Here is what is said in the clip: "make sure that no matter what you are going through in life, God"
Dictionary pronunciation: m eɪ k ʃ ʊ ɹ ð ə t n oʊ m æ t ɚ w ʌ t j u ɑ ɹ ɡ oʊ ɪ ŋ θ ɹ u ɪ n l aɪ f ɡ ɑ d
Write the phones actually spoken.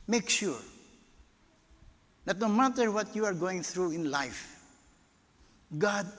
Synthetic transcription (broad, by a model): m eɪ k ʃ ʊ ɹ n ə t n oʊ m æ t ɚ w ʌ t j u ɑ ɹ ɡ oʊ ɪ ŋ t ɹ u ɪ n l aɪ f ɡ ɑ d